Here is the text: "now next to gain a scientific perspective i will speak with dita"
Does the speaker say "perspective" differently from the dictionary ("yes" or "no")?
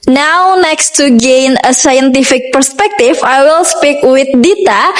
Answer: yes